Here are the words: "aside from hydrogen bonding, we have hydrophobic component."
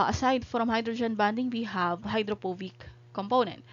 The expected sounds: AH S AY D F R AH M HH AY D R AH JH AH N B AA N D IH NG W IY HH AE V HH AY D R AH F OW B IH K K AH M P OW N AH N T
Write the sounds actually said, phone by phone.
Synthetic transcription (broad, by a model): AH S AY D F R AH M HH AY D R AH JH AH N B AA N D IH NG W IY HH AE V HH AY D R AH P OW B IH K K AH M P OW N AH N T